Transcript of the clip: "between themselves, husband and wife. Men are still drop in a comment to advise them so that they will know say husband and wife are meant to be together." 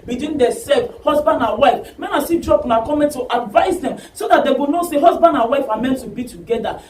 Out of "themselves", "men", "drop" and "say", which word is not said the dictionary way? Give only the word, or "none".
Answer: themselves